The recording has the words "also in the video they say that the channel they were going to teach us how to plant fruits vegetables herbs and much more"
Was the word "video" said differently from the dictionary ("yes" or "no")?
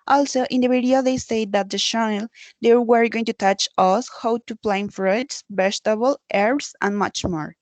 yes